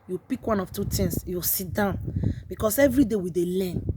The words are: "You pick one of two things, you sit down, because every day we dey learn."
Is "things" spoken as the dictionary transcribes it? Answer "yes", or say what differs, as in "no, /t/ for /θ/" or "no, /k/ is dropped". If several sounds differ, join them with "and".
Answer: no, /t/ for /θ/